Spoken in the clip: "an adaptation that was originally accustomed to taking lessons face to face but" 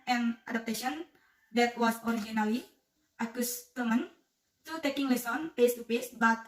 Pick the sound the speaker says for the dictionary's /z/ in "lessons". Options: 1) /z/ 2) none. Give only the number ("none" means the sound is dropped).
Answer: 2